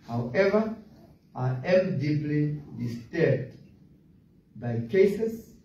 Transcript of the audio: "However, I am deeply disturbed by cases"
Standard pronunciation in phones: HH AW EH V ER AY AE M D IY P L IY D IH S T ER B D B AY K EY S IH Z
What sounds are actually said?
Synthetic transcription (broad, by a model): HH AW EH V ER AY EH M D IY P L IY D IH S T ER D B AY K EY S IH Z